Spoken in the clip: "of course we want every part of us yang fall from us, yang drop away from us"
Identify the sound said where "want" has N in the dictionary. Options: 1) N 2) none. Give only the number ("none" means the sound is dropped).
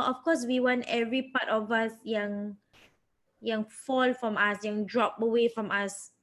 1